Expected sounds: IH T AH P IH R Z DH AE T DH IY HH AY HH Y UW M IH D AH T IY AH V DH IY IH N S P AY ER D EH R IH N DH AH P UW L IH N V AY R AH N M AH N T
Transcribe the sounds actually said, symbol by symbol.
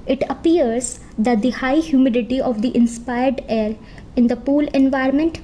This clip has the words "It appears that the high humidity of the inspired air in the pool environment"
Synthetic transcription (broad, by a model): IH T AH P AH R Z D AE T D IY HH AY HH Y UW M IH D AH T IY AH V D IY IH N S P AY ER D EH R IH N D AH P UW L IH N V AY R M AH N T